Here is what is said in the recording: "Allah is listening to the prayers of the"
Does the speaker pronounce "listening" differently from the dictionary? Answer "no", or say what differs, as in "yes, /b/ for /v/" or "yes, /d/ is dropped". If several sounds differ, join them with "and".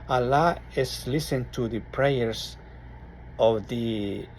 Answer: yes, /n/ is dropped